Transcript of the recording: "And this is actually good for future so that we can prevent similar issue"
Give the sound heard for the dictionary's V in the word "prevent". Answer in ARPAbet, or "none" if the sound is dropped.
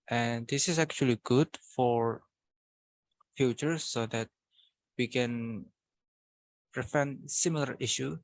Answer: F